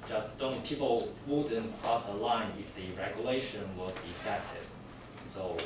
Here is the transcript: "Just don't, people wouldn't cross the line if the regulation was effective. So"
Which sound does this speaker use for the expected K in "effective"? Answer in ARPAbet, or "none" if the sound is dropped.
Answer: none